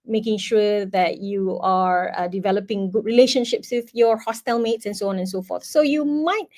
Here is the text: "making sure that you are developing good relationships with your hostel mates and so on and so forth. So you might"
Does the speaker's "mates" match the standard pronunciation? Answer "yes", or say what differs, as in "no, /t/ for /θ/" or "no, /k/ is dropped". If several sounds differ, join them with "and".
yes